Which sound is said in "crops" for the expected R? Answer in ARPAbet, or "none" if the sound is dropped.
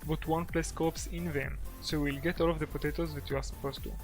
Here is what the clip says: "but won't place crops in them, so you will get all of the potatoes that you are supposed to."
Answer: none